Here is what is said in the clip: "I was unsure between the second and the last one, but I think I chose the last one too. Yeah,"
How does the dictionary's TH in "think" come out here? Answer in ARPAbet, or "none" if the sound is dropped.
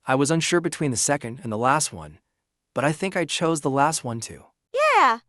TH